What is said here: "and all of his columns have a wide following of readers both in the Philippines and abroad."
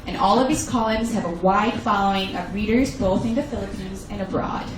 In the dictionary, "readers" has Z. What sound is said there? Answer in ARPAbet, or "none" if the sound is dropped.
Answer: Z